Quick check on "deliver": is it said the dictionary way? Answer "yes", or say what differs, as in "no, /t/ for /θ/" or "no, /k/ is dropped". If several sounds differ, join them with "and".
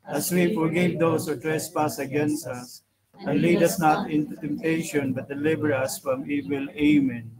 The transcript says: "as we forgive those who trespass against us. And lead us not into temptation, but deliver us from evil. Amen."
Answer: no, /b/ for /v/